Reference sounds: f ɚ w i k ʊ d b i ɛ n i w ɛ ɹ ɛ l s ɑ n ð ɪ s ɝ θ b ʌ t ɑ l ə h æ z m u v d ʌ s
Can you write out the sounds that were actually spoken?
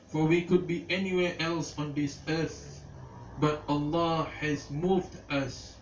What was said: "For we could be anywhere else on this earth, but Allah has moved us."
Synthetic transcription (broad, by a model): f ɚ w i k ʊ d b i ɛ n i w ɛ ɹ ɛ l s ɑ n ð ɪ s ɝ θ b ʌ t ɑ l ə h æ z m u v d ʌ s